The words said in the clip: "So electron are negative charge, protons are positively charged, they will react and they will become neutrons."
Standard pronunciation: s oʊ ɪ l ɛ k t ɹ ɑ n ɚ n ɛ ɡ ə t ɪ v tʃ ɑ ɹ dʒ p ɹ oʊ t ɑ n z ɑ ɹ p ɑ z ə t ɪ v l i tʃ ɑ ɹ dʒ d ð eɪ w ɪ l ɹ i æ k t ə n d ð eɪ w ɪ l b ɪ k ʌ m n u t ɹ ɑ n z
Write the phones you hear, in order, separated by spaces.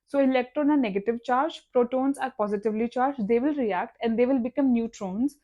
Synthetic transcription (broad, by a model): s oʊ ɪ l ɛ k t ɹ ɑ n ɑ n ɛ ɡ ə t ɪ v tʃ ɑ ɹ dʒ p ɹ oʊ t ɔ n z ɑ ɹ p ɑ z ə t ɪ v l i tʃ ɑ ɹ dʒ d eɪ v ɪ l ɹ i æ k t ə n d eɪ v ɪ l b ɪ k ʌ m n u t ɹ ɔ n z